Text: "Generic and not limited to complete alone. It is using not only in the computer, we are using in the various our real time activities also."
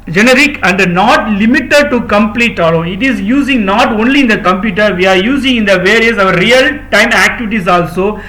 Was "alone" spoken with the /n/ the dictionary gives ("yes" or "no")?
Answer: no